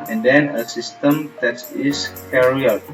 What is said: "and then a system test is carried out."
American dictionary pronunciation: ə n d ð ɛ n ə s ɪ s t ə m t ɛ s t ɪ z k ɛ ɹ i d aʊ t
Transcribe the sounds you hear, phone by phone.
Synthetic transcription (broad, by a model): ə n d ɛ n ə s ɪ s t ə m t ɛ t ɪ s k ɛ ɹ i aʊ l